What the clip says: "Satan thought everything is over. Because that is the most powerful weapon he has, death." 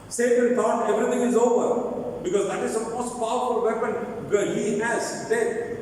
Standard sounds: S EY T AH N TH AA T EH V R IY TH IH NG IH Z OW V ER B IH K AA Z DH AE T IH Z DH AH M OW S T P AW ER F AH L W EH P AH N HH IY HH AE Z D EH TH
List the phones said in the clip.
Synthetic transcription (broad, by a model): S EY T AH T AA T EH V R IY T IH NG IH Z OW V ER B IH K AA Z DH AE T IH Z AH M OW S T P AW ER F AH L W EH P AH N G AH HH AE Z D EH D